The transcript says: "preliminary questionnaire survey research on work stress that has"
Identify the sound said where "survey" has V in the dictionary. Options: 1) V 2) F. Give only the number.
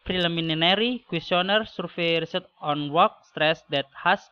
2